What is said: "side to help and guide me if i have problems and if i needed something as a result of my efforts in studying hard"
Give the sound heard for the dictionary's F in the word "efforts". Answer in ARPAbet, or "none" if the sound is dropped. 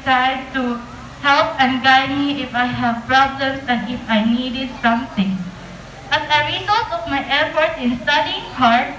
P